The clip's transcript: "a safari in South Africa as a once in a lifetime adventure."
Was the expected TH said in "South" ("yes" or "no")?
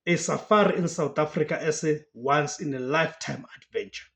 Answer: no